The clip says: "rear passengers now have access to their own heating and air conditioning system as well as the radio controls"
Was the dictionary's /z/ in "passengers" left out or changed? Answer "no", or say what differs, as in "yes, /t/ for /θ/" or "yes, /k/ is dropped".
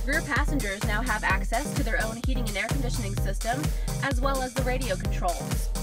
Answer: no